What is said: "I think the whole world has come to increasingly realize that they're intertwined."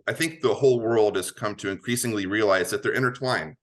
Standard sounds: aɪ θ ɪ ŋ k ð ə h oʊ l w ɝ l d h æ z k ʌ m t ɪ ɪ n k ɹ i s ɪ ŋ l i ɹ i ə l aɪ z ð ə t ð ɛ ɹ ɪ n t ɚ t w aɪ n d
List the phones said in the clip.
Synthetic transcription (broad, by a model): aɪ θ ɪ ŋ k ð ə h oʊ l w ɝ l d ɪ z k ʌ m t ɪ ɪ n k ɹ i s ɪ ŋ l i ɹ i ə l aɪ z ð ə t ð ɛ ɹ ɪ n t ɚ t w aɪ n